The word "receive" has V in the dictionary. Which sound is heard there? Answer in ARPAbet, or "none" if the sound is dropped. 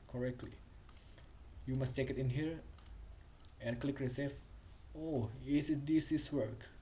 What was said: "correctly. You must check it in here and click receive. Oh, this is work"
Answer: F